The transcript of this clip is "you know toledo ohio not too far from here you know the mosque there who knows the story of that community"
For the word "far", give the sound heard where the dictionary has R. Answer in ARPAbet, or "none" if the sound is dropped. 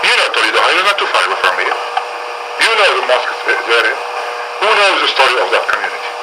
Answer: W